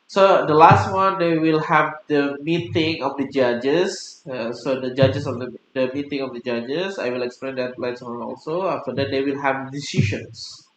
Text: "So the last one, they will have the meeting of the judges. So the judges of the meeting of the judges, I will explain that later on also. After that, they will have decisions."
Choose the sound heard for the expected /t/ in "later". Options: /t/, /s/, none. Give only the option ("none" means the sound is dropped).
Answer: /s/